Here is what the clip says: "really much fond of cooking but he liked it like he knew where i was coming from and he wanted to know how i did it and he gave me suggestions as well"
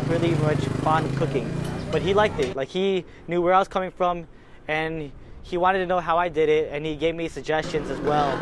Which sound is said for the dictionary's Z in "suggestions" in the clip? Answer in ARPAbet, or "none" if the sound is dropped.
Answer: Z